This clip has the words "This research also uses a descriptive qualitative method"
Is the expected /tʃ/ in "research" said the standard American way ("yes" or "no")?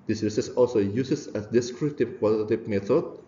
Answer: no